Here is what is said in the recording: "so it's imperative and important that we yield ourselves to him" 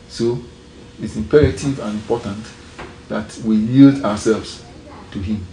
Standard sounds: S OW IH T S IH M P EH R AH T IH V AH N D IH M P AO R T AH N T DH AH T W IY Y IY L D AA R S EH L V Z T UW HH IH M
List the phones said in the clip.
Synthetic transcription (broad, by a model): S OW IH T S IH M P EH R AH T IH V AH N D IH M P AO T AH N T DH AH T W IY Y IY L D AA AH S EH L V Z T UW HH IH M